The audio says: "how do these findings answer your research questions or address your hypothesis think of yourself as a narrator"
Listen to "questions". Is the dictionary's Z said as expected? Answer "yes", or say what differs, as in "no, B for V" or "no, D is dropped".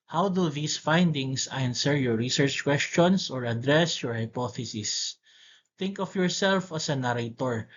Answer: no, S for Z